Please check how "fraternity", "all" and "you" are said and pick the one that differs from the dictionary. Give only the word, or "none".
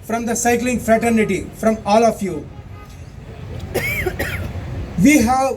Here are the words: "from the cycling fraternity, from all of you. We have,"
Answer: none